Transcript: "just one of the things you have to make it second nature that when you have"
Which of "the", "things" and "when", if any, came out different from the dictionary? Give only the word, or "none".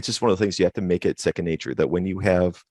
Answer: none